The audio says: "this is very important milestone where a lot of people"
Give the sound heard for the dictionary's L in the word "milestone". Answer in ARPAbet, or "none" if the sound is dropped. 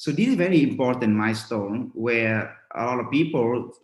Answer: none